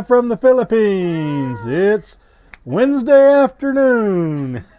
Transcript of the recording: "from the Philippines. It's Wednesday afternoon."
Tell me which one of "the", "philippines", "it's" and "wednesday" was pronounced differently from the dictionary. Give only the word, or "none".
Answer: none